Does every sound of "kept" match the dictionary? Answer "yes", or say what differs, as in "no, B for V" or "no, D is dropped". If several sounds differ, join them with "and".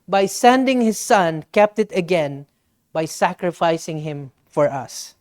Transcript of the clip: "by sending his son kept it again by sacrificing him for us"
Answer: yes